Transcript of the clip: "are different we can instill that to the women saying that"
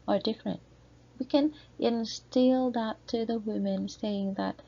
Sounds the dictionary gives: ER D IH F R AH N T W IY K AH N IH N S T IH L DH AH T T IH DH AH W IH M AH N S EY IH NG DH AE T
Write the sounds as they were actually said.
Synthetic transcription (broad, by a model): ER D IH F R AH N T W IY K AH N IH N S T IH L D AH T T IH DH AH W IH M AH N S EY IH NG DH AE T